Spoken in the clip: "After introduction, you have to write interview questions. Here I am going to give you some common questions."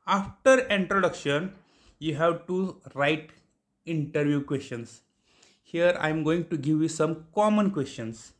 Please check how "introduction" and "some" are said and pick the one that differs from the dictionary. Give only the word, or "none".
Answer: none